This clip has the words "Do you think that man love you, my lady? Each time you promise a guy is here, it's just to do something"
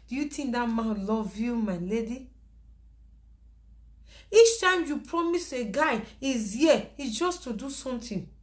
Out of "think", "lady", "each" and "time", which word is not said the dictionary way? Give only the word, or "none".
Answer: think